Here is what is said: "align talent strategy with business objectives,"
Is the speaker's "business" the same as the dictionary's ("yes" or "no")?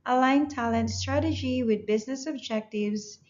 yes